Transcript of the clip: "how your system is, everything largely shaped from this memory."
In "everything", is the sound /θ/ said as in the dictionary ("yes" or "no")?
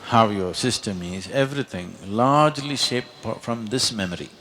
no